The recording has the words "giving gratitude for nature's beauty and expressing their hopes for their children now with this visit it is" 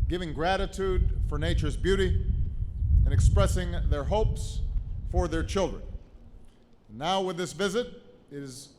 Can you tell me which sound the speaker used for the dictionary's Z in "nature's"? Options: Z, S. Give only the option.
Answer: Z